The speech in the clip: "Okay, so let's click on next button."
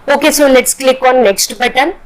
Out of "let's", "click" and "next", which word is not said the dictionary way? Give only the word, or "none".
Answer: let's